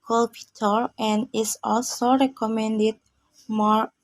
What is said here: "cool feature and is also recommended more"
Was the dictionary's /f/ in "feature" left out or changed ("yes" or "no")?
yes